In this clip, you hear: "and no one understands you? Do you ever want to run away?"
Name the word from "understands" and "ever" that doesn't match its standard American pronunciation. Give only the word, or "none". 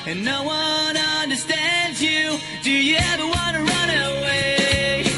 none